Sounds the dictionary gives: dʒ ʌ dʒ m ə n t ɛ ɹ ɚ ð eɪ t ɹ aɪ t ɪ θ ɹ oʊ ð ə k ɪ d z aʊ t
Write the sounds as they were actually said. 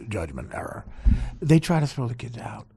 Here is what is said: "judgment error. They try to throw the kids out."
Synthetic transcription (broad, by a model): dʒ ʌ dʒ m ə n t ɛ ɹ ɚ ð eɪ t ɹ aɪ t ɪ s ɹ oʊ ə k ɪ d aʊ t